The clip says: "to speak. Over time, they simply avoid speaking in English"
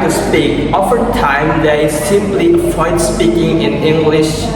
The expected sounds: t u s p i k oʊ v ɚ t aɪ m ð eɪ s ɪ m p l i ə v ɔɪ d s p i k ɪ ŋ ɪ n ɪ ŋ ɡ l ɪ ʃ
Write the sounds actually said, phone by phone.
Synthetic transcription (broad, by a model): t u s p i k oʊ f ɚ t aɪ m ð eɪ s ɪ m p l i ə f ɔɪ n s p i k ɪ ŋ ɪ n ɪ ŋ ɡ l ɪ ʃ